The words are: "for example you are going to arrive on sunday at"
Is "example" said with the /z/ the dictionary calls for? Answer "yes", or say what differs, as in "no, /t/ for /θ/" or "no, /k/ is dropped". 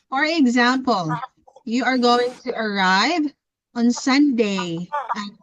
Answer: yes